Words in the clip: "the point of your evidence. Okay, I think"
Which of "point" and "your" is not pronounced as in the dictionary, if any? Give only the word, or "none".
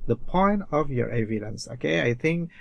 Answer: none